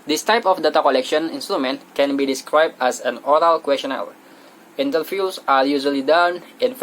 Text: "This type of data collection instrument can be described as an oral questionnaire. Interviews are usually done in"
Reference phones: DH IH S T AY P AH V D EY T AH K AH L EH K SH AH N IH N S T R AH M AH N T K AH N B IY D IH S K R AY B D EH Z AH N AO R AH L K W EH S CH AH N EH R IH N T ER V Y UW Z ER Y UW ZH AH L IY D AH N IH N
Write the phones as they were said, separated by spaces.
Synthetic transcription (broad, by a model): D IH S T AY P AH F D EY T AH K AH L EH K SH AH N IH N S T R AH M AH N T K AH N B IY D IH S K R AY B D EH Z AH N AO R AH L K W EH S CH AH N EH L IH N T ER F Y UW S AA Y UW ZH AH L IY D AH N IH N